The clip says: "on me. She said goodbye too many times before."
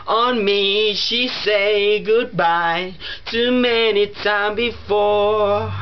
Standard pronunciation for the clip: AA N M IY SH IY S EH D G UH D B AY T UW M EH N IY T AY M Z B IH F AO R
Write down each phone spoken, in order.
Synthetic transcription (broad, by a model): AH N M IY SH IY S EH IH G UH D B AY T UW M EH N IY T AY M B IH F AO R